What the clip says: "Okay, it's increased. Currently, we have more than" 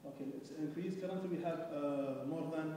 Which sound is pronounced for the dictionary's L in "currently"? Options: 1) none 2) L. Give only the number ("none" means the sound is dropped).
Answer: 1